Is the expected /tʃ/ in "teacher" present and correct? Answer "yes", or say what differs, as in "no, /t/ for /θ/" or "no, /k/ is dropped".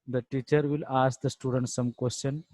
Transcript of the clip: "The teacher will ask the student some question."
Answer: yes